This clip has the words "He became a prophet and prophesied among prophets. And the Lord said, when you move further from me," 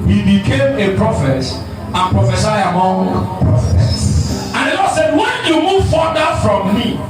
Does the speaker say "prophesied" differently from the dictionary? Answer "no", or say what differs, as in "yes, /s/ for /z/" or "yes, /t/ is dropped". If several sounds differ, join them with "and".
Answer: yes, /d/ is dropped